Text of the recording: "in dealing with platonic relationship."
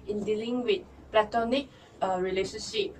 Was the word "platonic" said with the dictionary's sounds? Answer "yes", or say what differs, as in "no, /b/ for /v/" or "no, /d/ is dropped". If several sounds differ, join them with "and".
yes